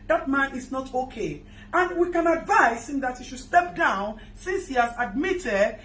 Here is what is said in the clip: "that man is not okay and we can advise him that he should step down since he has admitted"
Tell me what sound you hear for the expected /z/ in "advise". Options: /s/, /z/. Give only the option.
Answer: /s/